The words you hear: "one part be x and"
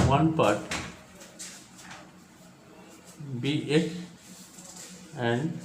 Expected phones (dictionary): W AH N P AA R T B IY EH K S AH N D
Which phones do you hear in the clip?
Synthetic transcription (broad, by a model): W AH N P AA R T B IY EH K AH N D